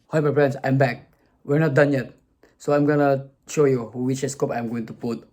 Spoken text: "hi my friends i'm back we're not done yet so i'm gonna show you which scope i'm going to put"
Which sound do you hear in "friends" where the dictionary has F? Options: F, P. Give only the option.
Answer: P